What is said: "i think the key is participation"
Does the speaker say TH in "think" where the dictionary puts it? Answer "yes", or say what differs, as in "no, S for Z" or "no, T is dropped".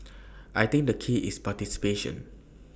no, T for TH